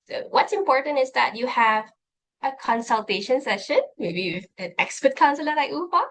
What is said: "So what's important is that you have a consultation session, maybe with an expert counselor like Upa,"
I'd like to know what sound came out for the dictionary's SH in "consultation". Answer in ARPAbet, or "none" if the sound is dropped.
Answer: SH